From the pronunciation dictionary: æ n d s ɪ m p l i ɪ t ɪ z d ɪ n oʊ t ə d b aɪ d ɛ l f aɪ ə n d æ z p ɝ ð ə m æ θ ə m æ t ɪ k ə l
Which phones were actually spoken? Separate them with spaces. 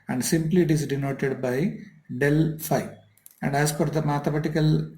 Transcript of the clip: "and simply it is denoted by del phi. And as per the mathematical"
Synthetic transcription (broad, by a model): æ n d s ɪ m p l i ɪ t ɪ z d ɪ n oʊ t ə d b aɪ d ɛ l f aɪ ə n d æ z f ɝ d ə m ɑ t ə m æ t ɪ k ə l